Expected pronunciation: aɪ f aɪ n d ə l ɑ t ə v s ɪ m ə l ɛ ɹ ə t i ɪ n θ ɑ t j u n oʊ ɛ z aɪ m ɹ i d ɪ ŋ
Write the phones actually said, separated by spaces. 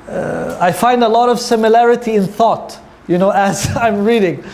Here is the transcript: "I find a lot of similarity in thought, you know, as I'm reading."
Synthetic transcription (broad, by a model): aɪ f aɪ n d ə l ɑ t ə v s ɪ m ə l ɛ ɹ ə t i ɪ n θ ɑ t j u n oʊ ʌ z aɪ m ɹ i d ɪ ŋ